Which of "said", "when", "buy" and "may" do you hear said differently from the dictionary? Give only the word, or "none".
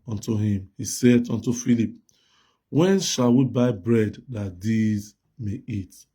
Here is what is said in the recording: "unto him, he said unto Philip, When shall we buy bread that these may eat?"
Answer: none